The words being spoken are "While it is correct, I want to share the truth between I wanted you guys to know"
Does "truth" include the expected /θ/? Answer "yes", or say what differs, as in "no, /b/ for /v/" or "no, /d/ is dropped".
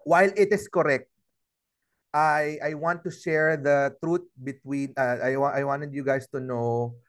no, /t/ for /θ/